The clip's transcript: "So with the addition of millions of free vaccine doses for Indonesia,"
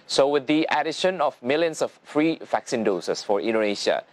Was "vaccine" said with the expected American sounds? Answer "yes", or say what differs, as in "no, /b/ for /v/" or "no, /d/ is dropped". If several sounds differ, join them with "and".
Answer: yes